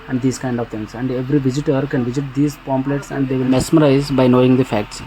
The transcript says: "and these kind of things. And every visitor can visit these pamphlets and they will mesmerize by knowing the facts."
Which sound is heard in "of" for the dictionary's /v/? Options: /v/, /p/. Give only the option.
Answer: /v/